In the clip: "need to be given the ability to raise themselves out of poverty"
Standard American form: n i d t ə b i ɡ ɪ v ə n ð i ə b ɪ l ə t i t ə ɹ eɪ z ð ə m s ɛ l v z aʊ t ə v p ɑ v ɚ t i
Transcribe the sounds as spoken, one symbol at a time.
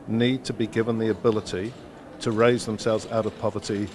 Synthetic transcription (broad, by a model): n i d t ə b i ɡ ɪ v ə n ð i ə b ɪ l ə t i t ə ɹ eɪ z ð ə m s ɛ l v z aʊ t ə v p ɑ v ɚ t i